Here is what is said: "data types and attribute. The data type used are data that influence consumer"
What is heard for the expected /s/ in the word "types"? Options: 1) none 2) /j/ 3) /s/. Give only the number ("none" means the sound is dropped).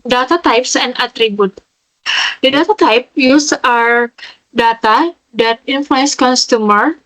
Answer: 3